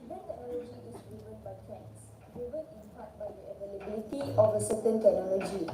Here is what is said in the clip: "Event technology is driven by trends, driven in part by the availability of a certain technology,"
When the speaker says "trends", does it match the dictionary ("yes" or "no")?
no